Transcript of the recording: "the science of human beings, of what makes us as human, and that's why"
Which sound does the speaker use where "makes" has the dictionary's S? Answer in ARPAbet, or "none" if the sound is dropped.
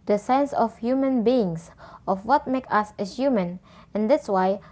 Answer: none